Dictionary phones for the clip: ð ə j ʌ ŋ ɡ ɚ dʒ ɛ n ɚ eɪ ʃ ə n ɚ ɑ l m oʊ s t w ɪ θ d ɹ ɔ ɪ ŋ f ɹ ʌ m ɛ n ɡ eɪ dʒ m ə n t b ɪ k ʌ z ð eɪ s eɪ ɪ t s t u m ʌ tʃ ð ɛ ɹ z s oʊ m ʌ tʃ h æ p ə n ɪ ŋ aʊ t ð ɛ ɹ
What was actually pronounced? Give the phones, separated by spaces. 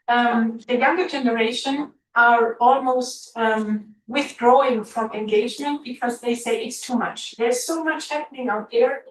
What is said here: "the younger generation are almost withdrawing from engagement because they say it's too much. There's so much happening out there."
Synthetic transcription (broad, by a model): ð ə j ʌ ŋ ɡ ɚ dʒ ɛ n ɚ eɪ ʃ ə n ɚ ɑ l m oʊ s t w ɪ θ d ɹ ɔ ɪ ŋ f ɹ ʌ m ɛ n ɡ eɪ dʒ m ə n t b ɪ k ʌ z ð eɪ s eɪ ɪ t s t u m ʌ tʃ ð ɛ ɹ z s oʊ m ʌ tʃ h æ p ə n ɪ ŋ aʊ t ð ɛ ɹ